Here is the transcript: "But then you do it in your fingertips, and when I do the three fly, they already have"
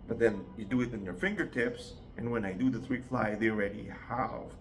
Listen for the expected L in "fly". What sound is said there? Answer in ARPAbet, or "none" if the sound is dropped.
L